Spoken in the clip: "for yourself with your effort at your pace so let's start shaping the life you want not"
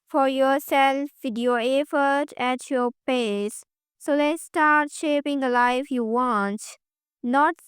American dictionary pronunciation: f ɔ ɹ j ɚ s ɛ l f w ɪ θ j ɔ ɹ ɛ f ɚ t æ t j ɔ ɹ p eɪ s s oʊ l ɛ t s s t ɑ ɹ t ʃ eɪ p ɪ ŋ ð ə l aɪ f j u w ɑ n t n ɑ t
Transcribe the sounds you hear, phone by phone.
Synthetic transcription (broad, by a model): f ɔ ɹ j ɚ s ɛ l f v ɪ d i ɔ ɛ f ɚ t æ t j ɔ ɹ p eɪ s s oʊ l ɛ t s s t ɑ ɹ t ʃ eɪ p ɪ ŋ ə l aɪ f j u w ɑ n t n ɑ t